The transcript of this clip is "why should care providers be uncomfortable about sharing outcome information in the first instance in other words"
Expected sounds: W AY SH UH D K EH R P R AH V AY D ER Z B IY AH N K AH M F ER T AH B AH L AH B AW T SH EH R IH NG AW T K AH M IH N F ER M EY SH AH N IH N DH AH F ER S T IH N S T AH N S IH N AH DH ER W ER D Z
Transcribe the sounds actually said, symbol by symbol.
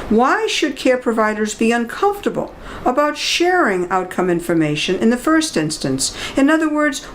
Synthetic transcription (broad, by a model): W AY SH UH D K EH R P R AH V AY D ER Z B IY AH N K AH M F T AH B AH L AH B AW T SH EH R IH NG AW T K AH M IH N F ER M EY SH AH N IH N DH AH F ER S T IH N S T AH N S IH N AH DH ER W ER D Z